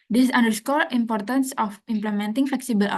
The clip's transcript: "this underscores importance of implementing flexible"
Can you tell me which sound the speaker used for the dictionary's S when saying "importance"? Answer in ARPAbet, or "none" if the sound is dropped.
S